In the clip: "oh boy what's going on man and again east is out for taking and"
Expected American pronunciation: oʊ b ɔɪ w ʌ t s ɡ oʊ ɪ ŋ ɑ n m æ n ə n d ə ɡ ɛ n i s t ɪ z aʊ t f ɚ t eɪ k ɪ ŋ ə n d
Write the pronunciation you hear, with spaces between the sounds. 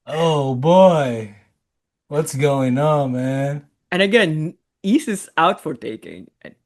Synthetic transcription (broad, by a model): oʊ b ɔɪ w ʌ t s ɡ oʊ ɪ ŋ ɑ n m æ n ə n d ə ɡ ɛ n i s ɪ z aʊ t f ɚ t eɪ k ɪ ŋ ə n